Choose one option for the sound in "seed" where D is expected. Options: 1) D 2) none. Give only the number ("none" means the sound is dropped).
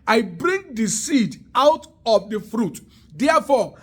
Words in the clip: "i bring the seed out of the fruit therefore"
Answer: 1